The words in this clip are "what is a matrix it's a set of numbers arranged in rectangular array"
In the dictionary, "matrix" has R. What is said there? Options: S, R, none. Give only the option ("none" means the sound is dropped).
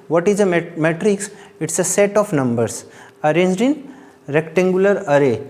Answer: R